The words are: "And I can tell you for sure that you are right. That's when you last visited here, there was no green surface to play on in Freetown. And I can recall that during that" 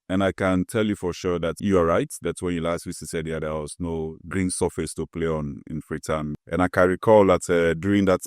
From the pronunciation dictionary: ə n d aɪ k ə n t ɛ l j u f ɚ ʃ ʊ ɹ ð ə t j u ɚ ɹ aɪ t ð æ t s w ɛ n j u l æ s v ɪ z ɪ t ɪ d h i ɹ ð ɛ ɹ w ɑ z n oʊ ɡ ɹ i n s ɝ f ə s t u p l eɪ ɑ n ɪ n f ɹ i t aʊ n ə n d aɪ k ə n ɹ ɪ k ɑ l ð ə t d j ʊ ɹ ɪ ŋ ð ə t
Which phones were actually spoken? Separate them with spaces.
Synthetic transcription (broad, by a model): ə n aɪ k ə n t ɛ l j u f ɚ ʃ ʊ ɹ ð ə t j u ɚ ɹ aɪ t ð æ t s w ɛ n j u l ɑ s w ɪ s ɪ s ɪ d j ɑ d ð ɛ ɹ w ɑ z n oʊ ɡ ɹ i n s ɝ f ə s t u p l eɪ ɑ n ɪ n f ɹ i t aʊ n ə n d aɪ k ə n ɹ ɪ k ɑ l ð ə t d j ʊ ɹ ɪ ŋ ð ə t